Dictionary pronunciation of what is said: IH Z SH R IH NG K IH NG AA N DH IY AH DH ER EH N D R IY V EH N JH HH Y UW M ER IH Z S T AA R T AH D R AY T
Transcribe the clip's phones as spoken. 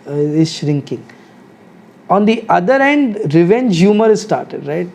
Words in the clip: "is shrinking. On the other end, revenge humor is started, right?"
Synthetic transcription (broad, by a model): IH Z SH R IH NG K IH NG AA N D IY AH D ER EH N D R IY V EH N JH HH Y UW M ER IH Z S T AA R T AH D R AY T